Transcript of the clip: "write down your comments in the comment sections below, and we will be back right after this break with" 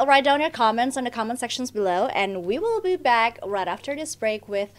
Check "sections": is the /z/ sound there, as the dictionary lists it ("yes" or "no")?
yes